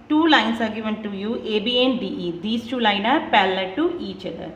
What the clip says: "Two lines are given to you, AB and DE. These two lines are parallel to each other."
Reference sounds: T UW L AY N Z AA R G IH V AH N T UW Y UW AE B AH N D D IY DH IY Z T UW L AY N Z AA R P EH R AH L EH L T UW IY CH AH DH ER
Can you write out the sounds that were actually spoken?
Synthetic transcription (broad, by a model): T UW L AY N S AA R G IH V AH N T UW Y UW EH B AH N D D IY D IY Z T UW L AY N AA R P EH L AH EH T UW IY CH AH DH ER